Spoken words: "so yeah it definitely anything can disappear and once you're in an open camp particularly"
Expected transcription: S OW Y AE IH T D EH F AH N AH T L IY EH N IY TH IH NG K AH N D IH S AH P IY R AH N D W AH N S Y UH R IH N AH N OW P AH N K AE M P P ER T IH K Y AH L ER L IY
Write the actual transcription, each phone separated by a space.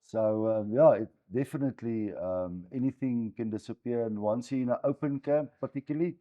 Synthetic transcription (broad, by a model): S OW Y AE IH T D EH F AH N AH T L IY EH N IY TH IH NG K AH N D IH S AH P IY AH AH N W AH N S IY IH N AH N OW P AH N K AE M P P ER T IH K Y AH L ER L IY